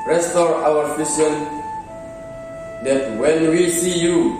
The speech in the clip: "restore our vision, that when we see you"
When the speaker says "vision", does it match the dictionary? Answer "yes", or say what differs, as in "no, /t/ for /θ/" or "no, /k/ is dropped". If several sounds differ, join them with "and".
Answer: no, /f/ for /v/ and /s/ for /ʒ/